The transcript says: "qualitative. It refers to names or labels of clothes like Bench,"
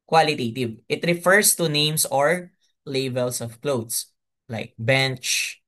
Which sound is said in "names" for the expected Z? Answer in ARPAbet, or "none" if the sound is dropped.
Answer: S